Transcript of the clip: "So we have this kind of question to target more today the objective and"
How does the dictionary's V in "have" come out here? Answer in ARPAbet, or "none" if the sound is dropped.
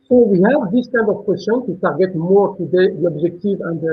V